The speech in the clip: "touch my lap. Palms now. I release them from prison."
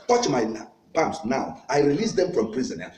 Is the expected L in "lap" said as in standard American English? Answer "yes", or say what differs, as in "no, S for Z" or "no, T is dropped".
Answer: no, N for L